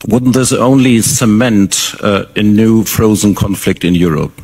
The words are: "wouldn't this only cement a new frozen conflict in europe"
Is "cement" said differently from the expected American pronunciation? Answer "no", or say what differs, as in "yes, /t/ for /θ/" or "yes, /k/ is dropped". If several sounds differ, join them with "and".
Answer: no